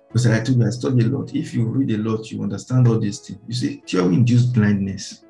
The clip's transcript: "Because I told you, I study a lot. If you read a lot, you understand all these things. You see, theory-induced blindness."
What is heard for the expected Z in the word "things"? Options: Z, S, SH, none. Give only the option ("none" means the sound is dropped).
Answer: none